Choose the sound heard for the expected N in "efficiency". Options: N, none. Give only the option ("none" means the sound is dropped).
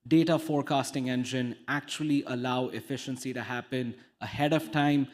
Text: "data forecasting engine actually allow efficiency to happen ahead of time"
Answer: N